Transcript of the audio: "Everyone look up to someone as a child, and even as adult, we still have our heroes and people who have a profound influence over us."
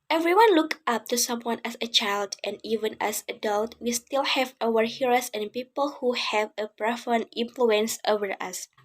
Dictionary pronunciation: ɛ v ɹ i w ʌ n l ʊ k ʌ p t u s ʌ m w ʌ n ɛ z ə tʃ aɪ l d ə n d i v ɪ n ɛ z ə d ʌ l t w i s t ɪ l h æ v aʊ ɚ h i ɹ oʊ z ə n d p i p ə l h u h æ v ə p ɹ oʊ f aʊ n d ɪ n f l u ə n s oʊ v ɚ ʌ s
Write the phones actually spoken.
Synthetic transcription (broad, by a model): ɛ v ɹ i w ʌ n l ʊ k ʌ p t u s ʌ m w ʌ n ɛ s ə tʃ aɪ l d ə n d i v ɪ n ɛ s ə d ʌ l t w i s t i l h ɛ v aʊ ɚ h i ɹ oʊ s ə n p i p ə l h u h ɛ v ə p ɹ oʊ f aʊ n ɪ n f l u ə n s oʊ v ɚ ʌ s